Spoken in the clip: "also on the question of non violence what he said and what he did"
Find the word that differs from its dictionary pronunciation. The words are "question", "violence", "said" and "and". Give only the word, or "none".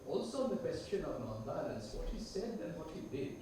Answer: violence